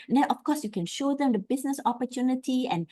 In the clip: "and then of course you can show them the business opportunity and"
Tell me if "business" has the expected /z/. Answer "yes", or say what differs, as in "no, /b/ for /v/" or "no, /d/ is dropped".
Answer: no, /s/ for /z/